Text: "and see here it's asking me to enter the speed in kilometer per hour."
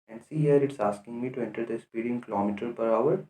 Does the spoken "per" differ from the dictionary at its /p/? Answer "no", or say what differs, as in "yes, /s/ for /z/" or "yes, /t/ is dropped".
no